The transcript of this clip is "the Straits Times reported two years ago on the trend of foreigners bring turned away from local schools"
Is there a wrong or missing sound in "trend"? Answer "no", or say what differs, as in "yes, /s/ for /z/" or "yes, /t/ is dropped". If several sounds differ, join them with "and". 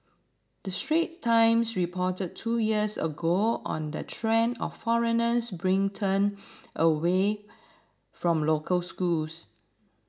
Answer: yes, /d/ is dropped